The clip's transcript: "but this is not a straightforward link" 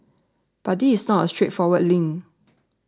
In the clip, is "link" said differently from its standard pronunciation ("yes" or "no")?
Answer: yes